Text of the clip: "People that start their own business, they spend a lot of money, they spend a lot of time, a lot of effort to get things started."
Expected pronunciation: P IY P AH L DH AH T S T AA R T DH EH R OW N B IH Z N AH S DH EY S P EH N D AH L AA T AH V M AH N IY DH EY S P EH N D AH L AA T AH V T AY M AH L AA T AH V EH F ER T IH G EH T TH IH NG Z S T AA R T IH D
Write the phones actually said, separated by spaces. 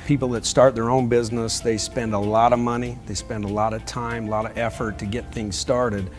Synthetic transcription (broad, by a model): P IY P L DH AH T S T AA R T DH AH R OW N B IH Z N AH S DH EY S P EH N D AH L AA T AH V M AH N IY DH EY S P EH N D AH L AA T AH V T AY M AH L AA T AH V EH F ER T IH G EH T TH IH NG Z S T AA R T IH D